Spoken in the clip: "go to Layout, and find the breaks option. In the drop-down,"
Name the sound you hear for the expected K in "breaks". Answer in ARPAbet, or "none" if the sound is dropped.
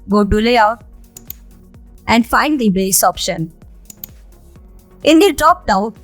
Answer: none